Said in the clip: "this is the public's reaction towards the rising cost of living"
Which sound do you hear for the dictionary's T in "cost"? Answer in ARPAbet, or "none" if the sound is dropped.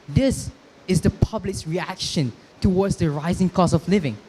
none